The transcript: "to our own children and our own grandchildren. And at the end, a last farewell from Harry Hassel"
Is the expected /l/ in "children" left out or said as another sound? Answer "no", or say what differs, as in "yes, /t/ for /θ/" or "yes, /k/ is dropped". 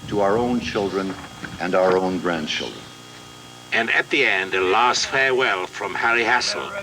no